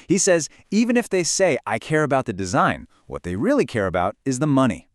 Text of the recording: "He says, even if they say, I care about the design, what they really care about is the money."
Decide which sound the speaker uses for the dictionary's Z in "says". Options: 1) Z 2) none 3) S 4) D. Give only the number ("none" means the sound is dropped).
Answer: 1